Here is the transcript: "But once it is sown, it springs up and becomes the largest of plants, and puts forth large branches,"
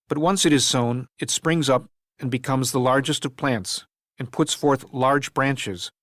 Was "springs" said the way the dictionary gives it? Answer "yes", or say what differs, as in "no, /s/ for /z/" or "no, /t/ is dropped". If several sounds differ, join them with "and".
yes